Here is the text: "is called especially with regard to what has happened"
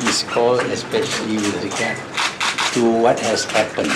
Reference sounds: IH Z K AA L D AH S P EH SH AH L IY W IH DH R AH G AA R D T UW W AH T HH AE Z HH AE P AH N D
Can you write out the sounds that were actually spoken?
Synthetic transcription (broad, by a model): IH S K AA L AH S P EH SH AH L IY W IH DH R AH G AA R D T UW W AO T HH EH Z HH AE P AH N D